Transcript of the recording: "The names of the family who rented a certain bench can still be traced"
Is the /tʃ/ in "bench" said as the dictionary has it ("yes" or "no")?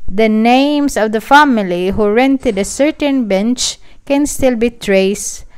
yes